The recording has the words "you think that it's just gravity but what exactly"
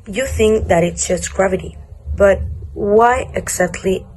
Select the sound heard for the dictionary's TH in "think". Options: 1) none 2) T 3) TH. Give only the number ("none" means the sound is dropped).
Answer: 3